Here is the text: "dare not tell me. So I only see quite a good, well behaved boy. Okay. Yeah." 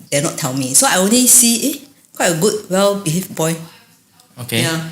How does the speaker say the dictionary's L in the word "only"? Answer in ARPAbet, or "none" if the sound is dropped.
L